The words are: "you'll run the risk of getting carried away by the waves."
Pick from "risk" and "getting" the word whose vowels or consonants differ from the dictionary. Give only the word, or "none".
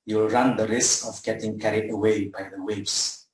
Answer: none